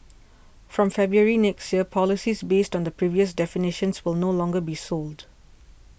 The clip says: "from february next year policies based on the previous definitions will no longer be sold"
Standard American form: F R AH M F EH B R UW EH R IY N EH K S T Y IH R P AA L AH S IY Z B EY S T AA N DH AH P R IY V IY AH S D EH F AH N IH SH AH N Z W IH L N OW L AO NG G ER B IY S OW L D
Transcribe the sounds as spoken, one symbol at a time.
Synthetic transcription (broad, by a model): F R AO M F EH B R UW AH R IY N EH K S T Y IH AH P AA L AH S IY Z B EY S T AA N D AH P R IY V IY AH S D EH F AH N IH SH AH N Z W IH L N OW L AO NG G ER B IY S OW L D